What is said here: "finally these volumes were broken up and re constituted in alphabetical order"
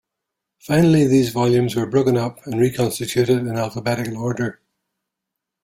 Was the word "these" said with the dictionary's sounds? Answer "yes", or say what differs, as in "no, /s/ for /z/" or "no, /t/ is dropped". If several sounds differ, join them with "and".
yes